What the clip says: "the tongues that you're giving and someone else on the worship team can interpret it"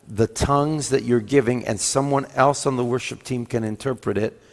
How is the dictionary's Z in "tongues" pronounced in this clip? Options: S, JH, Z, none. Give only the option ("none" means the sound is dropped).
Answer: Z